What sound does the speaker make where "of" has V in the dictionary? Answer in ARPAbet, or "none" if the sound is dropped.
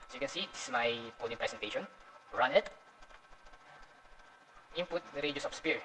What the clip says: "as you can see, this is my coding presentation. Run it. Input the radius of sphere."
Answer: P